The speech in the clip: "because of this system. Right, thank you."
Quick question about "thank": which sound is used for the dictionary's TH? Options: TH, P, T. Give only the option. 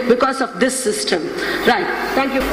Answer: T